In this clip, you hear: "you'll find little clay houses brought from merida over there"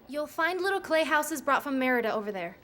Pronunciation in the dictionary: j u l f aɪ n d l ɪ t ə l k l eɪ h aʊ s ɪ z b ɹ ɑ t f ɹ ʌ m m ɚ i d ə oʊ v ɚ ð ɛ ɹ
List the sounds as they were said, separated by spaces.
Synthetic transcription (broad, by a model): j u l f aɪ n d l ɪ t l k l eɪ h aʊ s ɪ z b ɹ ɑ t f ɹ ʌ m m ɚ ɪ d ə oʊ v ɚ ð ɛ ɹ